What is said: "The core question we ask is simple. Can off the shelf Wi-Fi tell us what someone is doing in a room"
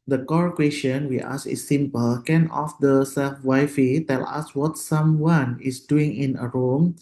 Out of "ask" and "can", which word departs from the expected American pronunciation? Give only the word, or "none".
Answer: ask